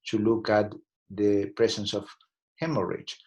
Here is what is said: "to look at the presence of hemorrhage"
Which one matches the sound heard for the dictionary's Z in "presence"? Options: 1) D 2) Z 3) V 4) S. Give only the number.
4